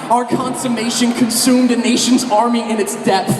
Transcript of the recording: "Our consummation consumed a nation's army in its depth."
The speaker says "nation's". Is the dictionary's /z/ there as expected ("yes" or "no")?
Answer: yes